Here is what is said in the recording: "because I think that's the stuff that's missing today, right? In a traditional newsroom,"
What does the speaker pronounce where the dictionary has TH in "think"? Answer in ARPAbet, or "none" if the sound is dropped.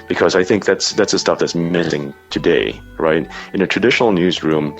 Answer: TH